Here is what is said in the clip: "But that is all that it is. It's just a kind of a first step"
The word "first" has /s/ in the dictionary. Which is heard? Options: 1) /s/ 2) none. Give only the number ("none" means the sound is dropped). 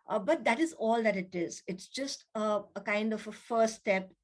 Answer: 2